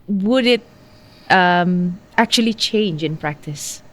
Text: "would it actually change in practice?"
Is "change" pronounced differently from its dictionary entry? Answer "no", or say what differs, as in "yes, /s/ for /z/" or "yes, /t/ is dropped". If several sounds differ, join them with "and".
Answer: no